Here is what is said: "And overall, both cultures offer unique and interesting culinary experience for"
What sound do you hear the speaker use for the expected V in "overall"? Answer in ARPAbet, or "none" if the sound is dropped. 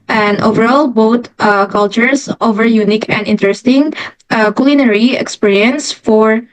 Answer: V